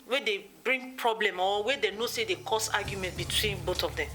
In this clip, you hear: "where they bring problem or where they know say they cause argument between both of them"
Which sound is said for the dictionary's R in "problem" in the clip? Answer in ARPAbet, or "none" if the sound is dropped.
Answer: R